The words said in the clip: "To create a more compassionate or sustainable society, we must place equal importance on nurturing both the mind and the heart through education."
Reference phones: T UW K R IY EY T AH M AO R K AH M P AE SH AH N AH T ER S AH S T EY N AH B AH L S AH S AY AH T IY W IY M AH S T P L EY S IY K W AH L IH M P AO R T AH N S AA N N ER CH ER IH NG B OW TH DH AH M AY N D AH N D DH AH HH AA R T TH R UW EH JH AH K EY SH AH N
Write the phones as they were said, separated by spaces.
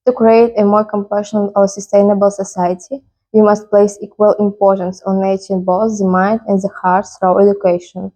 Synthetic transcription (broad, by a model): T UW K R IY EY T AH M AO R K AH M P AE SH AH N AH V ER S AH S T EY N AH B AH L S AH S AY AH T IY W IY M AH S T P L EY S IY K W AH L IH M P AO R T AH N S AA N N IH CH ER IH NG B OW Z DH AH M AY N D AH N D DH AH HH AA R T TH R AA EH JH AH K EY SH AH N